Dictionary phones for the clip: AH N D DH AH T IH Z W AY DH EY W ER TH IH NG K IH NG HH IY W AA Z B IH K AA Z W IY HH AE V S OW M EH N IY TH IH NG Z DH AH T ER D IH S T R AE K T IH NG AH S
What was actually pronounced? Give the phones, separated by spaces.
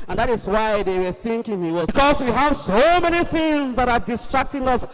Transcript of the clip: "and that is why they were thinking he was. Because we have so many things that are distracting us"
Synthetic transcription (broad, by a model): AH N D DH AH T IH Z W AY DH EY W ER TH IH NG K IH NG HH IY W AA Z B K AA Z W IY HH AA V S OW M EH N IY TH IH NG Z DH AH T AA D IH S T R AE K T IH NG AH S